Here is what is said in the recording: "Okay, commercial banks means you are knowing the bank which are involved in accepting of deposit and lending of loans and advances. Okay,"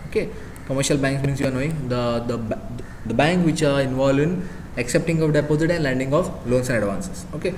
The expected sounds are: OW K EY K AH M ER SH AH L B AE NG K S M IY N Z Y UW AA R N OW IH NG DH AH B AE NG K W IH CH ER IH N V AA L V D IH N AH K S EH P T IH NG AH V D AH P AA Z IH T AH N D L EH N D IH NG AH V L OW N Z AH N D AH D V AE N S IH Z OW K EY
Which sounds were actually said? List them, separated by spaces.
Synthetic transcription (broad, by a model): OW K EY K AH M ER SH AH L B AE NG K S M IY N S Y UW AA R N OW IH NG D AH B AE NG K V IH CH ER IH N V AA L D IH N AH K S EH P T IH NG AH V D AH P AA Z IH T AH N D L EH N D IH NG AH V L OW N S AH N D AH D V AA N S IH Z OW K EY